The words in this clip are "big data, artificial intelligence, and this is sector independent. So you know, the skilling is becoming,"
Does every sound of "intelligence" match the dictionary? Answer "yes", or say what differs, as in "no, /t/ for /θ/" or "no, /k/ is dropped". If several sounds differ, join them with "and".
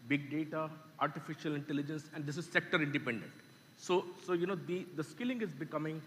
yes